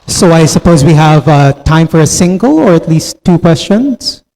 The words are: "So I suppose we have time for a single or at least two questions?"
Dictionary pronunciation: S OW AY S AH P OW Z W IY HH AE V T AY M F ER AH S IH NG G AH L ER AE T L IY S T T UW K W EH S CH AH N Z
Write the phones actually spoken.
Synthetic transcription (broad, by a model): S OW AY S AH P OW Z W IY HH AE V T AY M F ER AH S IH NG G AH L ER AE T L IY S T T UW K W EH S CH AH N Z